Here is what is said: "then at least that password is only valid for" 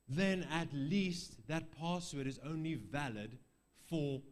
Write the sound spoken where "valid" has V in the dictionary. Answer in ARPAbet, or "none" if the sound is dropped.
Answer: V